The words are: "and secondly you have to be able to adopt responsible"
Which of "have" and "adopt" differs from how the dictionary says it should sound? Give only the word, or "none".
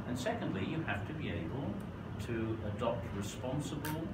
have